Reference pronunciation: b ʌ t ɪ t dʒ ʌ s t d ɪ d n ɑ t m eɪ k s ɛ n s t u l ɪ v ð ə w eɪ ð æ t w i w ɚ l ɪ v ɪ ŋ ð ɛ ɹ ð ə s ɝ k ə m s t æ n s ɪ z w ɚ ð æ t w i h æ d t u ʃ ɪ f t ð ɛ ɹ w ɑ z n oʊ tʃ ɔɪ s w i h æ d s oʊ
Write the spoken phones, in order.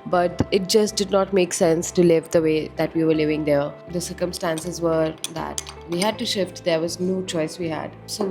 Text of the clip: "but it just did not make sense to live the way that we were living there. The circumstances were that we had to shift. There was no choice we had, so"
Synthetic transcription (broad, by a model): b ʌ t ɪ t dʒ ʌ s t d ɪ d n ɑ t m eɪ k s ɛ n s t u l ɪ v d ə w eɪ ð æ t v i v ɚ l ɪ v ɪ ŋ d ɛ ɹ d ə s ɝ k ə m s t æ n s ɪ z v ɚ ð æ t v i h æ d t u ʃ ɪ f t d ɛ ɹ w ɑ z n oʊ tʃ ɔɪ s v i h æ d s oʊ